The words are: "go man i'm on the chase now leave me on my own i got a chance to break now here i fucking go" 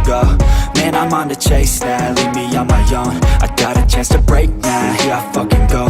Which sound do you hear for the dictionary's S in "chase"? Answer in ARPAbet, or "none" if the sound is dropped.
S